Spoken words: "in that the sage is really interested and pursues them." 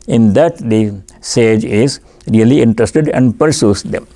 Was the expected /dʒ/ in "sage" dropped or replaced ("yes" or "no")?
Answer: no